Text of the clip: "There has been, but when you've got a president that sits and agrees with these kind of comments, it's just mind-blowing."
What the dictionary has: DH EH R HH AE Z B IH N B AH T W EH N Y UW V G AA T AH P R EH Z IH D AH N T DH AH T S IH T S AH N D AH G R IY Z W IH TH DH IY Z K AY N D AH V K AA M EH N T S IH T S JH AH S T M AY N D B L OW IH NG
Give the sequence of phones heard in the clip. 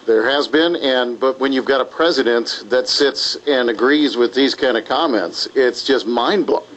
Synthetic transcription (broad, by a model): DH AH R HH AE Z B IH N B AH T W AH N Y UW V G AA T AH P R EH Z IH D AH N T DH AH T S IH T S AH N AH G R IY Z W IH DH IY Z K AY N D AH V K AA M EH N T S IH T S JH AH S T M AY N B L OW